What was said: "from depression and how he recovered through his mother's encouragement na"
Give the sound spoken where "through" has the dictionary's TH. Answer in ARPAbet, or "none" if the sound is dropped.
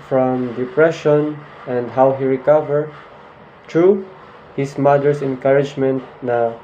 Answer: T